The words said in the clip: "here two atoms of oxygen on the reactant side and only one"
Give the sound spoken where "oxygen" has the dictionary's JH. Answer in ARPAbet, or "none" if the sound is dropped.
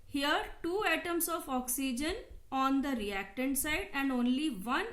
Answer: JH